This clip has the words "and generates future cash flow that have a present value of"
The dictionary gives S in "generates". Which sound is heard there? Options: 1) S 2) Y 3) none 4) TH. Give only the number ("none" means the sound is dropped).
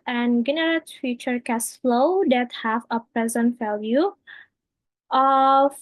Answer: 3